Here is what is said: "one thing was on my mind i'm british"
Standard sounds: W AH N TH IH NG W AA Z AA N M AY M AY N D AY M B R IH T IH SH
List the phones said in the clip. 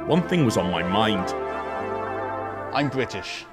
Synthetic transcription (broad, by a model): W AH N TH IH NG W AA Z N M AY M AY N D AY M B R IH T IH SH